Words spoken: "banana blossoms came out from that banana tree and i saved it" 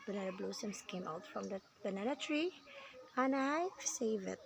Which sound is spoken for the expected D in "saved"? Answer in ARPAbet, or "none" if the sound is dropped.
none